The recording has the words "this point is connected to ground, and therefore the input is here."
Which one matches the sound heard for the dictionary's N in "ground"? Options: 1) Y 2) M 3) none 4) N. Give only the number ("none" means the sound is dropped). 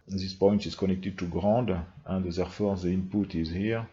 3